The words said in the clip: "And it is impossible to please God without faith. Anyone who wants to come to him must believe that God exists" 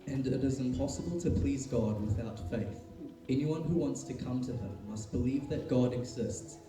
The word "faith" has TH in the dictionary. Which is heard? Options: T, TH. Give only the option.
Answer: TH